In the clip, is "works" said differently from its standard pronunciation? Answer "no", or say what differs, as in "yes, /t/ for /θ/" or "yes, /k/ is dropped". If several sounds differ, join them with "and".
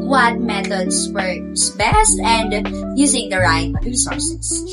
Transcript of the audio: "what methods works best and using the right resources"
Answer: yes, /k/ is dropped